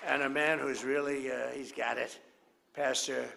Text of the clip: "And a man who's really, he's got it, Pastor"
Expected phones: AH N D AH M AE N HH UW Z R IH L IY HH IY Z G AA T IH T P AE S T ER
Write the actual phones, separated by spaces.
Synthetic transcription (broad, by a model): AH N AH M AE N HH UW Z R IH L IY HH IY Z G AA T IH T P AE S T ER